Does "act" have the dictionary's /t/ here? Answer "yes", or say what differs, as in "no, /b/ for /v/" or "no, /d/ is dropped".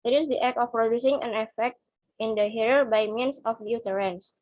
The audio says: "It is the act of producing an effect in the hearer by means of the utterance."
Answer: no, /t/ is dropped